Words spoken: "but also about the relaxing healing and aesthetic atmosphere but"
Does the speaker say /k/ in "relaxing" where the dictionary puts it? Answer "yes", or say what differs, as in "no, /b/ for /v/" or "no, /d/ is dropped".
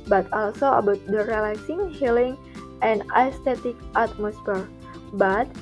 no, /k/ is dropped